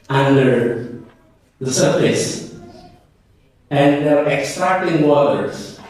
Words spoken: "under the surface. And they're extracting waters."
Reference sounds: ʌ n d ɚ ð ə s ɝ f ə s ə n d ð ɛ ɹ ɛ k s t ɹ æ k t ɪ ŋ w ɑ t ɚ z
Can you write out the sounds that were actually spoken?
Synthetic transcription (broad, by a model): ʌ n d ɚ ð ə s ɝ f ə s ə n d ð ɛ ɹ ɛ k s t ɹ æ k t ɪ ŋ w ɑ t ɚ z